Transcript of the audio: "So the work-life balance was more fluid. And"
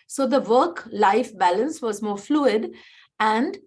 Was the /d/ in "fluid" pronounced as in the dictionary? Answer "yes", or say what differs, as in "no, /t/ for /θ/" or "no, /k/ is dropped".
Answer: yes